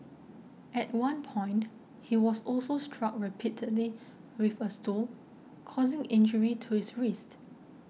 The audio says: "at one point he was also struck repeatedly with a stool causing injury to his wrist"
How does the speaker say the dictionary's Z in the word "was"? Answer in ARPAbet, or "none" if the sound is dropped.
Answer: S